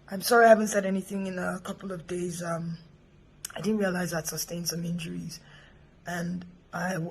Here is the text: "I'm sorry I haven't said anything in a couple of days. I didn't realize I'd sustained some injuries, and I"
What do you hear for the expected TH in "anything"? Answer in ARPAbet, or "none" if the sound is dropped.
TH